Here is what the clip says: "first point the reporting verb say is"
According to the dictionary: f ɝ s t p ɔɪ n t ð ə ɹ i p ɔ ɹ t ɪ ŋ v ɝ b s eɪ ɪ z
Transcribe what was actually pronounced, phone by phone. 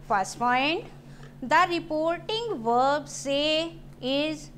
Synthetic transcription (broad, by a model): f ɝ s t f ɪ n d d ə ɹ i p ɔ ɹ t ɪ ŋ v ɝ b s eɪ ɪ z